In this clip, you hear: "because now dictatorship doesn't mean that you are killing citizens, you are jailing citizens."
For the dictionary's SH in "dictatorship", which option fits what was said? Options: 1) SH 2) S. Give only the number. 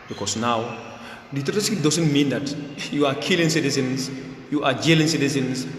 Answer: 2